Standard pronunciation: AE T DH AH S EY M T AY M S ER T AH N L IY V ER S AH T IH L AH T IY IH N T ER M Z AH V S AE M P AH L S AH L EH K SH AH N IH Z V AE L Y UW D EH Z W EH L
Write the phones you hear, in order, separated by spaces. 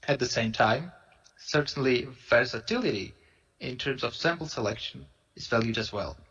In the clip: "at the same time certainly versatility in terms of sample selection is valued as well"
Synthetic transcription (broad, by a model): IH T DH AH S EY M T AY M S ER T N L IY V ER S AH T IH L AH T IY IH N T ER M Z AH V S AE M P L S AH L EH K SH AH N IH Z V AE L Y UW D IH Z W EH L